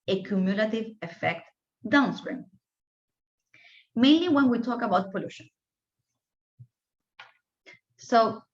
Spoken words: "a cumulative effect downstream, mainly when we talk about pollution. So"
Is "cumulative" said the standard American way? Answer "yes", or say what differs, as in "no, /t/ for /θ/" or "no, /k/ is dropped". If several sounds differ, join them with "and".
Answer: yes